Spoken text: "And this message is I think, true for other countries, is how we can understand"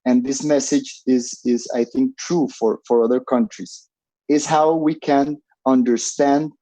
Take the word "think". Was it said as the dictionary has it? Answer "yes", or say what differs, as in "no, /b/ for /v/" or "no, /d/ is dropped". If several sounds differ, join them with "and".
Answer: yes